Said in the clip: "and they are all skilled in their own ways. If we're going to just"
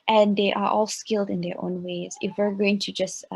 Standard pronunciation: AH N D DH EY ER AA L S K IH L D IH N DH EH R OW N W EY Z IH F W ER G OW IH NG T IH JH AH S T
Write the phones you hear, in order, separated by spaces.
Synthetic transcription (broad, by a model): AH N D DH EY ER AA L S K IH L D IH N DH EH R OW N W EY Z IH F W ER G OW IH NG T IH JH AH S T